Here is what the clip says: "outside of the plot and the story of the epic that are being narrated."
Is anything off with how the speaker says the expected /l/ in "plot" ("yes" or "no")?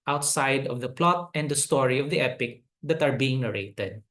no